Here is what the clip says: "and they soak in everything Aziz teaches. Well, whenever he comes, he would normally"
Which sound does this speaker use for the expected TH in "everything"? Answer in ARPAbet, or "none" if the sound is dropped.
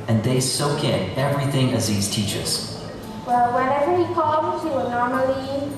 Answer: TH